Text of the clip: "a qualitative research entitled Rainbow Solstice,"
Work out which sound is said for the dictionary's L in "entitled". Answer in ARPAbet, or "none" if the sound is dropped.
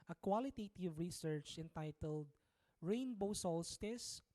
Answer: L